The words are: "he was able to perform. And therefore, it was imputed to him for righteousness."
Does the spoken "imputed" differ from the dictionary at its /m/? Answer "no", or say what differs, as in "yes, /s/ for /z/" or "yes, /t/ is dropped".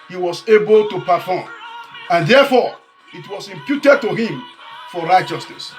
no